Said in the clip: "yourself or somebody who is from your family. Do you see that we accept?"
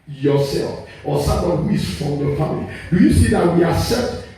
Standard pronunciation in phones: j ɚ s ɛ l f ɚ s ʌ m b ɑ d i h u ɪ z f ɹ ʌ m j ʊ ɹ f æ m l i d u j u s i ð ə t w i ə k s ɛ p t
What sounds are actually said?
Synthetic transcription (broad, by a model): j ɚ s ɛ l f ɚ s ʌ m ɑ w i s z f ɹ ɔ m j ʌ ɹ f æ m l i d u j u s i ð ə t w i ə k s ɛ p t